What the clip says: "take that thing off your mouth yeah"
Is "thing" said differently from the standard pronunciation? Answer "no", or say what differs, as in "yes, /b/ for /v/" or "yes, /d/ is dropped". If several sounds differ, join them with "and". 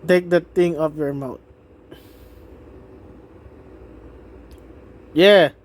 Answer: yes, /t/ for /θ/